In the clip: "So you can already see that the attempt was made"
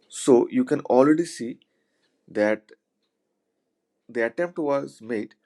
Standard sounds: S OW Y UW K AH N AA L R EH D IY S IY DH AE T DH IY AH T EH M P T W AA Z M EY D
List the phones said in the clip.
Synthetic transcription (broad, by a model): S OW Y UW K AH N AA L R EH D IY S IY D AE T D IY AH T EH M P T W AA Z M EY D